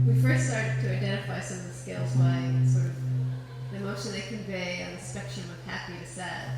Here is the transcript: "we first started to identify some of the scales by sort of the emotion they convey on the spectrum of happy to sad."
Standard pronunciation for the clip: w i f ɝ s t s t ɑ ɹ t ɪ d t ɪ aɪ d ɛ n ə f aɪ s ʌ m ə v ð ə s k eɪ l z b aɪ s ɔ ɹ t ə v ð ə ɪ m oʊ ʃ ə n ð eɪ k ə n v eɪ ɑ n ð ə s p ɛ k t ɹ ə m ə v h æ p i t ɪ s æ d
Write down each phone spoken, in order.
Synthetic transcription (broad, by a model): w i f ɝ s t s t ɑ ɹ t ɪ d t ɪ aɪ d ɛ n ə f aɪ s ʌ m ə v ð ə s k eɪ l z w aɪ s ɔ ɹ t ə v ð ə ɪ m oʊ ʃ ə n ð eɪ k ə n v eɪ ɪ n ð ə s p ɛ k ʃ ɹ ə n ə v h æ p i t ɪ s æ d